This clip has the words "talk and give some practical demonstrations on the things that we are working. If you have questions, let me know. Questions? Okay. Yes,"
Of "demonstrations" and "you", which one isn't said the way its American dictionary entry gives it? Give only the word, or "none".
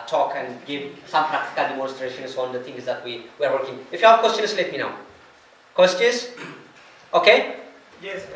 demonstrations